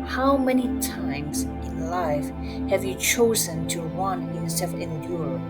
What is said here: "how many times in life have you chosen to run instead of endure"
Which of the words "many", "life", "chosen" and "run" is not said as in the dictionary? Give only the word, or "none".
run